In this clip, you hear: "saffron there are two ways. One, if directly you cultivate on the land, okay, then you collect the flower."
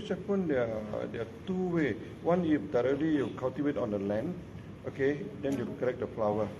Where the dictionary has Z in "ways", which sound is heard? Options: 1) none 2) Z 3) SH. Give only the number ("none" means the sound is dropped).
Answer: 1